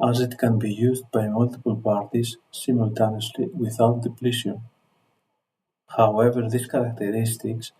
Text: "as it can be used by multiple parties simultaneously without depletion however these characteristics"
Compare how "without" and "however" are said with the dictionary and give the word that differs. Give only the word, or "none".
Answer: none